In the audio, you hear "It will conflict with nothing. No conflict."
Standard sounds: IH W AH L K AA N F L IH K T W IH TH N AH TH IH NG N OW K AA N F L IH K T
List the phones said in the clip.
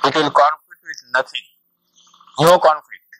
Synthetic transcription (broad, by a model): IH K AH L K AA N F L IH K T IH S N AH T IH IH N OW K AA N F L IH K T